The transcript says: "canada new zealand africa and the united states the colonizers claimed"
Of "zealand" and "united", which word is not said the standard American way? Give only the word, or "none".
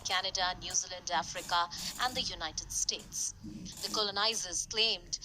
none